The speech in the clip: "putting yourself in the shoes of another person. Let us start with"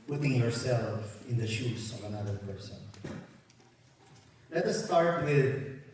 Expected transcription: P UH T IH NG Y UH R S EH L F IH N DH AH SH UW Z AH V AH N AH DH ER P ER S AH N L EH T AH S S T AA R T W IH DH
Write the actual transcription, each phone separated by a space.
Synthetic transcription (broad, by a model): P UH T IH NG Y UH R S EH L F IH N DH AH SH UW S AH V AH N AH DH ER P ER S AH N L EH T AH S S T AA R T W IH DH